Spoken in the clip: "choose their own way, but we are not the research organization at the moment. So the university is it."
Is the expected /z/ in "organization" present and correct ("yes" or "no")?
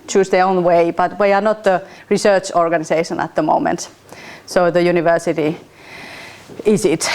no